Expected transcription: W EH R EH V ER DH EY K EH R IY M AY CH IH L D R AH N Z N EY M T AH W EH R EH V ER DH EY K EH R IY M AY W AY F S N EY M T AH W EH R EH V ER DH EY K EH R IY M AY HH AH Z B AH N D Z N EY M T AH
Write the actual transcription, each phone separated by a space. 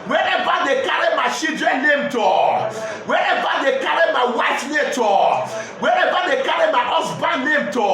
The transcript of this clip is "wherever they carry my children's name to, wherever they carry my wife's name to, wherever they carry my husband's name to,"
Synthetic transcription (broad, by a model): W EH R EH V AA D EY K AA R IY M AY SH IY D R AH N N EY M T AH W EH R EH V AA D EY K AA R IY M AY W AY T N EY T AH W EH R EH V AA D EY K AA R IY M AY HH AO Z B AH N N EY M T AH